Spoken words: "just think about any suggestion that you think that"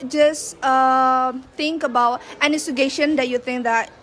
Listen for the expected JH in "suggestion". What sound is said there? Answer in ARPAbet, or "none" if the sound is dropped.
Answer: none